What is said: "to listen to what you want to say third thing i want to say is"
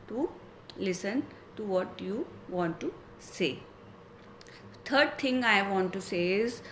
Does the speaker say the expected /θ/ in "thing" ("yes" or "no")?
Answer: no